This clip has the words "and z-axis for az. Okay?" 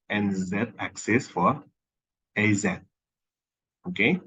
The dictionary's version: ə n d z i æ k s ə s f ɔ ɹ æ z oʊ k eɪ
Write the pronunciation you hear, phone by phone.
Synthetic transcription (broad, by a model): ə n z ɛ æ k s ə s f ɔ ɹ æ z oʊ k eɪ